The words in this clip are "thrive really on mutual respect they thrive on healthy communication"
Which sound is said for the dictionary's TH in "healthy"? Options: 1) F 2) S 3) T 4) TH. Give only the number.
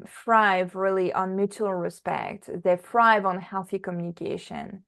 4